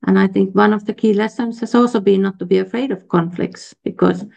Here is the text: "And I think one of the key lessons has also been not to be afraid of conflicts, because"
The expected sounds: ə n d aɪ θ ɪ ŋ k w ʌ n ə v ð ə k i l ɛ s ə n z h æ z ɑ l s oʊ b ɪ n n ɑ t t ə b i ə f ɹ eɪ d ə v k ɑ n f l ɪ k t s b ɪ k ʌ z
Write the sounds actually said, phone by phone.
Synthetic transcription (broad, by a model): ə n aɪ θ ɪ ŋ k w ʌ n ə v ð ə k i l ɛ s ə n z h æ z ɑ l s oʊ b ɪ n n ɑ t t ə b i ə f ɹ eɪ d ə v k ɑ n f l ɪ k t s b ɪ k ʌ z